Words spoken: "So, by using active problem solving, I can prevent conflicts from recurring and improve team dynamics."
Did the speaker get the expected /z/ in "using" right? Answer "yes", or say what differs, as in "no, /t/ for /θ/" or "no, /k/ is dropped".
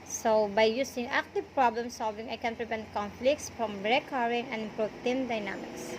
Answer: no, /s/ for /z/